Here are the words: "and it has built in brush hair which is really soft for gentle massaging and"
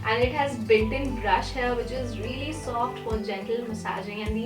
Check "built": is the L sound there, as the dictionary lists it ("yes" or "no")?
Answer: no